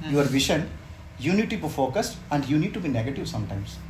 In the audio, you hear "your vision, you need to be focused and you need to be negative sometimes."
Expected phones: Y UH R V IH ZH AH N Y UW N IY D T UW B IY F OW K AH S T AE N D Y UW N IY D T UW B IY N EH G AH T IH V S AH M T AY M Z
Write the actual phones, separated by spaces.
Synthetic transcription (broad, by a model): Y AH R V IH SH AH N Y UW N IY D T UW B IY F OW K AH S T AE N D Y UW N IY D T UW B IY N EH G AH T IH V S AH M T AY M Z